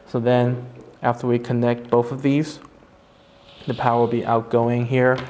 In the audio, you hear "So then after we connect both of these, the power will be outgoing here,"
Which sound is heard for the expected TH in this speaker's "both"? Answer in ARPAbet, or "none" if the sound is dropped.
TH